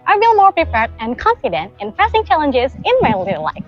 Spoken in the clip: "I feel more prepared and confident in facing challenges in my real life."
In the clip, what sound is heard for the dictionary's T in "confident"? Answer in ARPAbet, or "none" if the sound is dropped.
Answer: T